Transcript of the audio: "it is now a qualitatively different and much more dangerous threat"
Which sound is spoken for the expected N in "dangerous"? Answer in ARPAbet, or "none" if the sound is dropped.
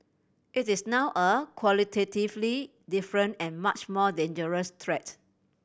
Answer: N